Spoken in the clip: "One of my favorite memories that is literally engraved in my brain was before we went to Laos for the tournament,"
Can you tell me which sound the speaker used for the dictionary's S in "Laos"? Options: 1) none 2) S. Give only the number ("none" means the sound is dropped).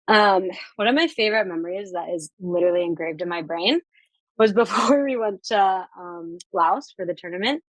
2